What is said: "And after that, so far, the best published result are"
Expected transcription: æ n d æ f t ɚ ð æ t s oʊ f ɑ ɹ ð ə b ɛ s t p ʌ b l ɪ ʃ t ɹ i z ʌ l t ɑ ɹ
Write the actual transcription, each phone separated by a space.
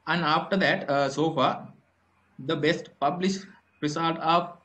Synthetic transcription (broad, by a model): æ n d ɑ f t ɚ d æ t s oʊ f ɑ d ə b ɛ s t p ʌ b l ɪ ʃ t ɹ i s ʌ l t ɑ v